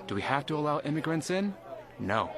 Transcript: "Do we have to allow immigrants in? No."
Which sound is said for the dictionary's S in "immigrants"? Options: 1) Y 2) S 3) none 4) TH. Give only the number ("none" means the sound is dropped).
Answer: 2